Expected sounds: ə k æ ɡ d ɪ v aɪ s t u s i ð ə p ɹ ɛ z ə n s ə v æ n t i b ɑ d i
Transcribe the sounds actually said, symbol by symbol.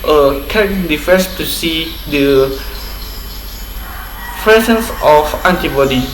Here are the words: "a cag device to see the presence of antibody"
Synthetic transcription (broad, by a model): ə k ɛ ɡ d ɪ f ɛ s t u s i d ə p ɹ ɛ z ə n s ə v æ n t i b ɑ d i